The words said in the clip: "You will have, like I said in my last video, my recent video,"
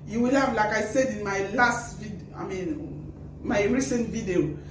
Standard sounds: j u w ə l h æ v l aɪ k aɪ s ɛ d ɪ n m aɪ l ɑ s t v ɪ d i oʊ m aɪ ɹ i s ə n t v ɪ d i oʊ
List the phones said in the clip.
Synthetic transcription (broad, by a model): j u w ə l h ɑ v l aɪ k aɪ s ɛ d ɪ n m aɪ l ɑ s t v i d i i m aɪ ɹ i s ə n t v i d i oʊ